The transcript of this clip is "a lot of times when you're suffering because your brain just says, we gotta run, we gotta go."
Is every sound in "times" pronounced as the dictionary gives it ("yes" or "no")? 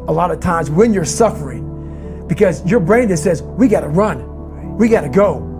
yes